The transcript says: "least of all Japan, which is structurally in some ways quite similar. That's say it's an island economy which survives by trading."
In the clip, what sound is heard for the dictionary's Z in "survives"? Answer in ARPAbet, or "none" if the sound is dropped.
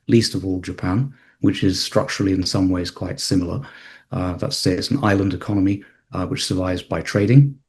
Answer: Z